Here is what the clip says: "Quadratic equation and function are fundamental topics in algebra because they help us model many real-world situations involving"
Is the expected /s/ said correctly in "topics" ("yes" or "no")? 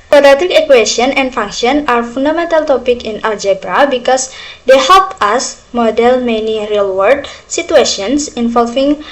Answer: no